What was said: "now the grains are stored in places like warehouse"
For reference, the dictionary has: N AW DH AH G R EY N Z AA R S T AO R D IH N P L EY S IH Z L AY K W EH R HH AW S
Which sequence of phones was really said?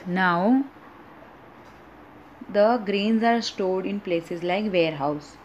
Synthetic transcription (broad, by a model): N AW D AH G R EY N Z AA R S T AO L D IH N P L EY S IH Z L AY K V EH R HH AW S